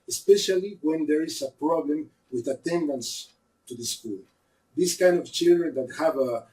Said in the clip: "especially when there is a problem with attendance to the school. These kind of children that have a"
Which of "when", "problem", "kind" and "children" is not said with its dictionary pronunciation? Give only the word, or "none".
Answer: none